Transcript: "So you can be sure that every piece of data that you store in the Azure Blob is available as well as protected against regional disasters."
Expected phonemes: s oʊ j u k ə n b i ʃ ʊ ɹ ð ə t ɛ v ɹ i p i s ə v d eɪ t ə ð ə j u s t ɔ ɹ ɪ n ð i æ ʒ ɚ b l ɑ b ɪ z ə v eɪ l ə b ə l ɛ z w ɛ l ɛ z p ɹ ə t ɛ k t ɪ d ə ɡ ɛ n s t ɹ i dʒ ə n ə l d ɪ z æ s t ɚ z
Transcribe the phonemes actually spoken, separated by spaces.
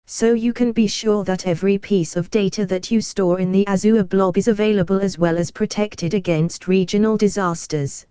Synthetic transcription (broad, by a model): s oʊ j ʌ k ə n b i ʃ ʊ ð ə t ɛ v ɹ i p i s ə v d eɪ t ə ð ə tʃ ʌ s t ɔ ɹ ɪ n ð i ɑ z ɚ b l ɑ b ɪ z ə v eɪ l ə b ə l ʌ z w ɛ l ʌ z p ɹ ə t ɛ k t ɪ d ə ɡ ɛ n s t ɹ i dʒ ə n ə l d ɪ z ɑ s t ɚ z